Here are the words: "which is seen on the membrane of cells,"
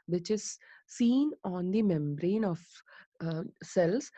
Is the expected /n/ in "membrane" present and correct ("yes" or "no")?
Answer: yes